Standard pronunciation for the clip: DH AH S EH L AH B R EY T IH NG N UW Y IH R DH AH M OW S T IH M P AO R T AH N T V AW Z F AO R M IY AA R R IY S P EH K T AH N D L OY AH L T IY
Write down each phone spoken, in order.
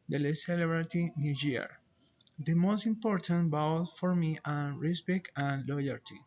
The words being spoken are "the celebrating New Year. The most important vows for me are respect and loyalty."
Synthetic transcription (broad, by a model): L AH S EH L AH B R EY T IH N UW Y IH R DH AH M OW S T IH M P AO R T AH N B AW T F AO R M IY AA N R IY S B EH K AH N L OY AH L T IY